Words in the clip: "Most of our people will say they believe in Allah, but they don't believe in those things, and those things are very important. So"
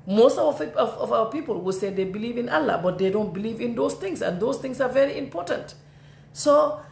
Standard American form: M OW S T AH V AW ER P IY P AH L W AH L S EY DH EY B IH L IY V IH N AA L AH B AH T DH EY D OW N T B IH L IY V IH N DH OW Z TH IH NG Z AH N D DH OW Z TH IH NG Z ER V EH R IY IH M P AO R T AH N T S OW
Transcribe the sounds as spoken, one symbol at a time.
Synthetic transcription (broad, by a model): M OW S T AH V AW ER P IY P AH L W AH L S EY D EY B IH L IY V IH N AA L AH B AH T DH EY D OW N T B IH L IY V IH N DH OW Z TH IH NG S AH N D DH OW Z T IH NG S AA V EH R IY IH M P AO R T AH N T S OW